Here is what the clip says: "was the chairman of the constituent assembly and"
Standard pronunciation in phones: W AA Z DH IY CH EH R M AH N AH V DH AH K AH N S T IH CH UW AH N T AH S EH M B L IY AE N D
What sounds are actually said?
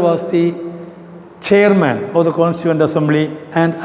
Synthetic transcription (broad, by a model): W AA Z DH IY CH EH R M AH N AH V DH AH K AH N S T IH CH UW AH N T AH S EH M B L IY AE N D